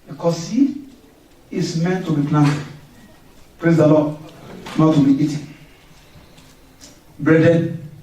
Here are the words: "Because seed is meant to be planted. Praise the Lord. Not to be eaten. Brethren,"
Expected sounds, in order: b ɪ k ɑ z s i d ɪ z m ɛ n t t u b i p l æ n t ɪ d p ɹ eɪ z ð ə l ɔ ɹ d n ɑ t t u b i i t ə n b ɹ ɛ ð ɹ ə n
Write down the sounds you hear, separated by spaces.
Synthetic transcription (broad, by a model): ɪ k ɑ s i ɪ s m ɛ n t t u b i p l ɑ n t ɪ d p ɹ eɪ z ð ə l ɔ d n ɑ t t u b i i t ə n b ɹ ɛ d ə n